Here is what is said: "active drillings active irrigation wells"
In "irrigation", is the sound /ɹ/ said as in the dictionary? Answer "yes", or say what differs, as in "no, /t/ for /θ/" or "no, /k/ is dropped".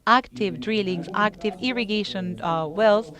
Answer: yes